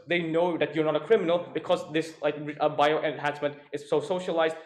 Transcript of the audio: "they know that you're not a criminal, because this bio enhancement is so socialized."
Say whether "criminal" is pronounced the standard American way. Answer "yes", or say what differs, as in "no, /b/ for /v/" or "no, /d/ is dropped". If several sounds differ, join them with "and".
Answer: yes